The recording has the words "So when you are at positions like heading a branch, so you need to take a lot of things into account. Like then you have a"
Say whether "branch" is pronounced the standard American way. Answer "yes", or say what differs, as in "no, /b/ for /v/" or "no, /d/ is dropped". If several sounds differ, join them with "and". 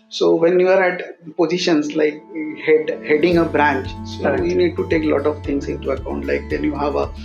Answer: yes